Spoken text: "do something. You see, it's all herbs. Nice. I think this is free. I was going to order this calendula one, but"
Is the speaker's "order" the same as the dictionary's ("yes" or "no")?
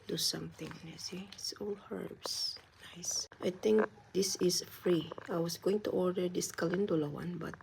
yes